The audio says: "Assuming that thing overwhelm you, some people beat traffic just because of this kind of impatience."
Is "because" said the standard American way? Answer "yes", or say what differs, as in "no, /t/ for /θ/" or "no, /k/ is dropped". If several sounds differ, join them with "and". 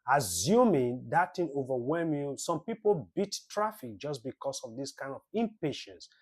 no, /s/ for /z/